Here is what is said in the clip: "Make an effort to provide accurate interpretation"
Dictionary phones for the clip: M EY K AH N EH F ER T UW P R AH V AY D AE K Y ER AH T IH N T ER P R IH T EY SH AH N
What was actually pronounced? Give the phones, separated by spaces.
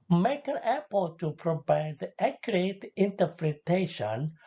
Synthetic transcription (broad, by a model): M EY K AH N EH P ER T UW P R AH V AY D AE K Y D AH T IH N T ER P R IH T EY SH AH N